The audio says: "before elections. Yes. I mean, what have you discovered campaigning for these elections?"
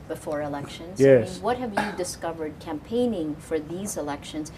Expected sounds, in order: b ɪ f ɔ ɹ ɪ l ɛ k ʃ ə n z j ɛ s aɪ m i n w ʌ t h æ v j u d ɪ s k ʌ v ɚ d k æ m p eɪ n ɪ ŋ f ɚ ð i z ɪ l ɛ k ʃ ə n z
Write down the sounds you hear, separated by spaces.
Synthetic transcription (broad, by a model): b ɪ f ɔ ɹ ɪ l ɛ k ʃ ə n z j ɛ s w ʌ t h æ v j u d ɪ s k ʌ v ɚ d k æ m p eɪ n ɪ ŋ f ɚ ð i z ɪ l ɛ k ʃ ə n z